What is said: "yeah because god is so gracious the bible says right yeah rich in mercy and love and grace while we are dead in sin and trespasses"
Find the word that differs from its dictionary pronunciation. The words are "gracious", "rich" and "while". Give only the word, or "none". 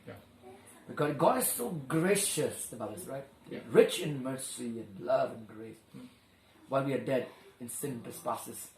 none